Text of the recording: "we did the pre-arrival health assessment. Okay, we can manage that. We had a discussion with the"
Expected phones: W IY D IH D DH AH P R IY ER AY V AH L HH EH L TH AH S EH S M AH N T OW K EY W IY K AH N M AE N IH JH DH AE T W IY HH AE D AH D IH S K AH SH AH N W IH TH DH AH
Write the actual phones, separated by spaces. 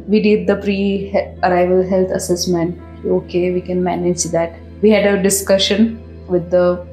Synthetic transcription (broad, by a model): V IY D IH D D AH P R IY ER AY V AH L HH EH L T AH S EH S M AH N T OW K EY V IY K AH N M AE N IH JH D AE T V IY HH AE D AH D IH S K AH SH AH N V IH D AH